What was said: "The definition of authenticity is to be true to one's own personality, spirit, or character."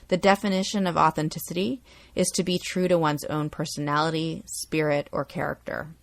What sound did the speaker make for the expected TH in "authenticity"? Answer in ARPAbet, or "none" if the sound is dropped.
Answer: TH